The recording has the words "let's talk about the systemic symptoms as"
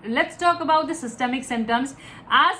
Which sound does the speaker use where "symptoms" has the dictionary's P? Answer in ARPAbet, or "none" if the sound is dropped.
none